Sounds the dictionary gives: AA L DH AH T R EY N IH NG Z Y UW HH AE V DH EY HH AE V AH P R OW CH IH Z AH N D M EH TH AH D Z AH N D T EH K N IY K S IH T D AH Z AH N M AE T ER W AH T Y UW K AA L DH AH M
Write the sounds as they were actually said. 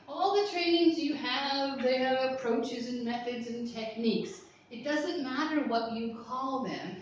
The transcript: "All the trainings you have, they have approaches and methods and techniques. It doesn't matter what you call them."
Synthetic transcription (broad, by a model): AA L DH AH T R EY N IH NG Z Y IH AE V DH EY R AH P R OW CH IH Z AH N M EH TH AH D Z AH N T EH K N IY K S IH T D AH Z AH N M AE T ER W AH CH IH K AA L DH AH M